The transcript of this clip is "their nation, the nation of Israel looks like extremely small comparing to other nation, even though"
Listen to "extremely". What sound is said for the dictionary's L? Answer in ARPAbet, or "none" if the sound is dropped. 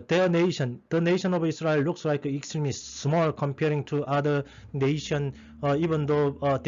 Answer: none